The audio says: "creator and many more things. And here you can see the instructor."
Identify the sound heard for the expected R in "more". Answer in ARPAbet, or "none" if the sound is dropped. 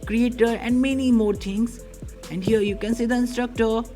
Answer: R